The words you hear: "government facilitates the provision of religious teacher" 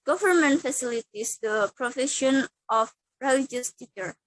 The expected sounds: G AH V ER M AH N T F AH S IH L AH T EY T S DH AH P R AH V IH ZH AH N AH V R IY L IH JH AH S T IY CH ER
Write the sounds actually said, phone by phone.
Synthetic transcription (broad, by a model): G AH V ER M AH N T F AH S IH L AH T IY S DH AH P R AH F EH SH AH N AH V R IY L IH JH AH S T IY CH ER